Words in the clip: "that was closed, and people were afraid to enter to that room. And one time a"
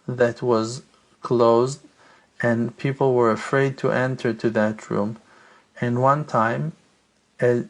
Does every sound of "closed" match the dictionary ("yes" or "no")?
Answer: yes